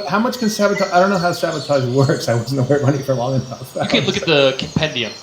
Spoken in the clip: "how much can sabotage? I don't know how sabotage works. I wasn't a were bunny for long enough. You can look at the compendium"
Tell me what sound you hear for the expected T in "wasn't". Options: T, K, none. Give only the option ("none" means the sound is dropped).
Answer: none